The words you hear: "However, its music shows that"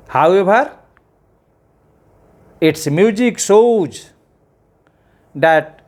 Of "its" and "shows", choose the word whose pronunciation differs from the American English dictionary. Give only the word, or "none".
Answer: shows